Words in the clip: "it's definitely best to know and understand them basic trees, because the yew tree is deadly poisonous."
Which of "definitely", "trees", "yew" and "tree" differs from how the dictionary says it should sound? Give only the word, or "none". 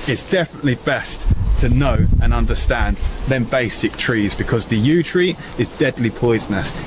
none